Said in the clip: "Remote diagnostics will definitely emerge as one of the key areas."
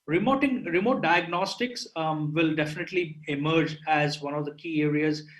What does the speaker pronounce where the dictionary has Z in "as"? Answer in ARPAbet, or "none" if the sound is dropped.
Z